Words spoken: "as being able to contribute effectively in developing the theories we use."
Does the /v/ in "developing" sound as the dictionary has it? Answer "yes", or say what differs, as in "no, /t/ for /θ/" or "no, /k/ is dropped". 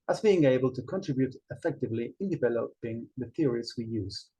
yes